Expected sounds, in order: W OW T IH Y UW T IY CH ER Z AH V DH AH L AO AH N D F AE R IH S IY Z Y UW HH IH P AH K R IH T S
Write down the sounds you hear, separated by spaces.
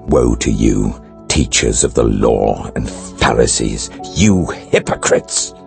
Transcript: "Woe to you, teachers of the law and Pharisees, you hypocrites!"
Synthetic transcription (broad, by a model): W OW T IH Y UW T IY CH ER Z AH V DH AH L AO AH N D F AE R IH S IY Z Y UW HH IH P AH K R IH T S